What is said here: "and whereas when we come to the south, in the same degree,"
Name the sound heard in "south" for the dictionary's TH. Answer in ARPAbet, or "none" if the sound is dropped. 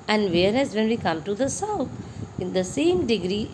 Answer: T